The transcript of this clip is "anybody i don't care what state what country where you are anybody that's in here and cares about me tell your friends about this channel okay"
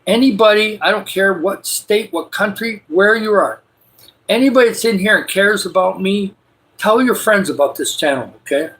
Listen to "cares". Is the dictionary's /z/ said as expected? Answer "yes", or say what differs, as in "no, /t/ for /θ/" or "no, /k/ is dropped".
yes